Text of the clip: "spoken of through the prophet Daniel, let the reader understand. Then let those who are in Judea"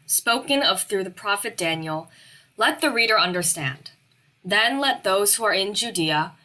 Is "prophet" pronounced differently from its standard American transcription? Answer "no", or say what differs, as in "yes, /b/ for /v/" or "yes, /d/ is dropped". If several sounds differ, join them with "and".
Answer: no